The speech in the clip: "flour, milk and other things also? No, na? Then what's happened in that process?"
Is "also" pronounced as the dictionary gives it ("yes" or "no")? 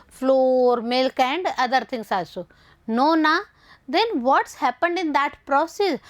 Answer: no